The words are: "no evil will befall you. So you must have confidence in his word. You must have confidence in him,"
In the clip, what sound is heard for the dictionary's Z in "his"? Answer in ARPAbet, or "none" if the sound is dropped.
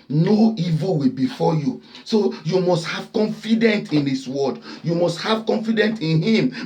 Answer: S